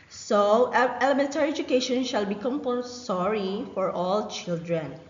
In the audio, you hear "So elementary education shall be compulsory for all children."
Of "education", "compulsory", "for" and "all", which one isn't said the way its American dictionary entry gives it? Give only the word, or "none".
compulsory